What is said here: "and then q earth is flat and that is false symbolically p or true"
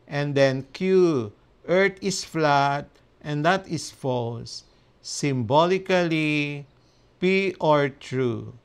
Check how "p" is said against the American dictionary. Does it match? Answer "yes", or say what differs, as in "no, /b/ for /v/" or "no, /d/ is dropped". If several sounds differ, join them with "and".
yes